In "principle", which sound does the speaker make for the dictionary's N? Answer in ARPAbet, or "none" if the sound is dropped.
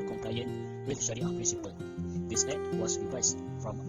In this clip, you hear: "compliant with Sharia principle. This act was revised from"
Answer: none